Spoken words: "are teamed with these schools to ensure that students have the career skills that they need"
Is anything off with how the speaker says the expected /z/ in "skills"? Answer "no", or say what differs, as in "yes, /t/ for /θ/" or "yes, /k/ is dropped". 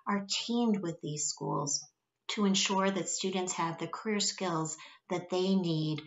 no